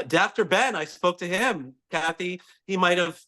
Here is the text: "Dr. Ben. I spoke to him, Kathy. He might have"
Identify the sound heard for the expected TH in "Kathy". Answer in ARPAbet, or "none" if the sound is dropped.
TH